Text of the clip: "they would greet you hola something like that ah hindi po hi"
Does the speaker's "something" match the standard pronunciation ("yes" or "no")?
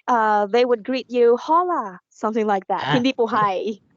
yes